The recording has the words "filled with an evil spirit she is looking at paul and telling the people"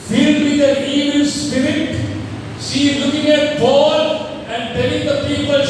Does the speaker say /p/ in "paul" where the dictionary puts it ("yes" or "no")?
no